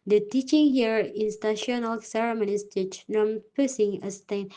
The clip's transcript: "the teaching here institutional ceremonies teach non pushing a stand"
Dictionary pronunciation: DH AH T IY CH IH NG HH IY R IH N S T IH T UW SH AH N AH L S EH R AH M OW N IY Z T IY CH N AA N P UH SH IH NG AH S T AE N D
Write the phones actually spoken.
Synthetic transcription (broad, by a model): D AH T IY CH IH NG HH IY R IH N S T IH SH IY AH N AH L S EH R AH M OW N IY S T IY CH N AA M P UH S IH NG AH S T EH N